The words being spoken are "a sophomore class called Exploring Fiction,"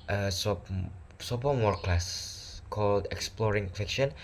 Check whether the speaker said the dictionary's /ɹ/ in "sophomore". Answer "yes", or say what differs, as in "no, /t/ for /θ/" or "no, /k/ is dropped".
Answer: no, /w/ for /ɹ/